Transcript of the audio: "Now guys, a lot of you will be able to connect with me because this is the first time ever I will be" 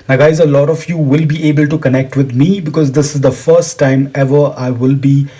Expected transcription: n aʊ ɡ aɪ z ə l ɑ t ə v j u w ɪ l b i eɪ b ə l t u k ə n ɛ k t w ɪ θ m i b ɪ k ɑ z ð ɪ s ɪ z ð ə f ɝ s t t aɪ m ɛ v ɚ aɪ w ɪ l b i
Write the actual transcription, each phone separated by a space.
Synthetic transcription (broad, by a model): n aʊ ɡ aɪ z ə l ɑ t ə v j u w ɪ l b i eɪ b ə l t u k ə n ɛ k t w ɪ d m i b ɪ k ɑ z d ɪ s ɪ z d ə f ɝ s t t aɪ m ɛ v ɚ aɪ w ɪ l b i